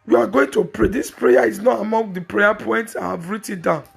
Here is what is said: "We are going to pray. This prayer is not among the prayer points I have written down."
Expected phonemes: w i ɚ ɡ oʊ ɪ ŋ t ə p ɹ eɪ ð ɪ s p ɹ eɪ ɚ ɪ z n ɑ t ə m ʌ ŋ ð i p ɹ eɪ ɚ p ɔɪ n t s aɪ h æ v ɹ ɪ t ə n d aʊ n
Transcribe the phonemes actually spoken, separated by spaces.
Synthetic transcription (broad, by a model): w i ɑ ɡ oʊ ɪ ŋ t ə p ɹ eɪ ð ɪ s p ɹ eɪ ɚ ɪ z n ɑ t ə m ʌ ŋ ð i p ɹ eɪ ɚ p ɔɪ n t s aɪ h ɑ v ɹ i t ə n d aʊ n